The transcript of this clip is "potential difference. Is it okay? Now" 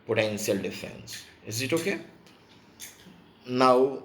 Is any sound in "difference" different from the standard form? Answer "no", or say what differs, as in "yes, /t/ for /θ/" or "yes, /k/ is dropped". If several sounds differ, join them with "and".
yes, /ɹ/ is dropped